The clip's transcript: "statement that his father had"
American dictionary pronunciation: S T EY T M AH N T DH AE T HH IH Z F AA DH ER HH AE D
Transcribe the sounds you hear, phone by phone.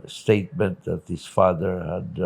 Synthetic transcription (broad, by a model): S T EY T M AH N T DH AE T HH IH S F AA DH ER HH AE D